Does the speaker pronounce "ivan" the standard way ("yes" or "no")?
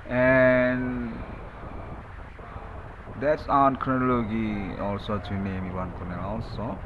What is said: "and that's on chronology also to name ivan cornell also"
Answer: no